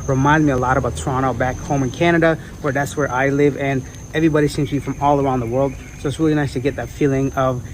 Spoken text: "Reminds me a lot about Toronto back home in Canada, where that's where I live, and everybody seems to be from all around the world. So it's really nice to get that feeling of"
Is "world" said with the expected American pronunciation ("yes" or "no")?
yes